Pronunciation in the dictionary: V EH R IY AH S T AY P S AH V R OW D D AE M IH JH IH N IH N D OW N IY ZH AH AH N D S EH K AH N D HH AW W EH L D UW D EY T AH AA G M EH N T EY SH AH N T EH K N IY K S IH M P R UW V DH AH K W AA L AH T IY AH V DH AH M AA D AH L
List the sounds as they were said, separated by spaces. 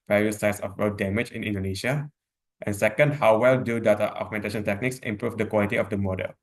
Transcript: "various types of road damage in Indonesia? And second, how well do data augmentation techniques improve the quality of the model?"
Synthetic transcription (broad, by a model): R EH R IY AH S AY S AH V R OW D D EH M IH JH IH N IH N D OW N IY SH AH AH N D S EH K AH N D HH AW W EH L D UW D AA T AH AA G M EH N T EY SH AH N T EH K N IY K S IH M P R UW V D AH K W AA L AH T IY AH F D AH M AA D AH L